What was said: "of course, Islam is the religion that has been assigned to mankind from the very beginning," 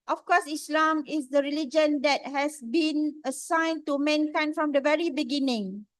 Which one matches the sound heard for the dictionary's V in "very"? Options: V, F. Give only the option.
V